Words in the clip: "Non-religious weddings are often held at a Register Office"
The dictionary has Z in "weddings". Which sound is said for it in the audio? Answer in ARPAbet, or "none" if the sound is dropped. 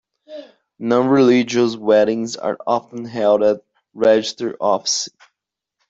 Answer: Z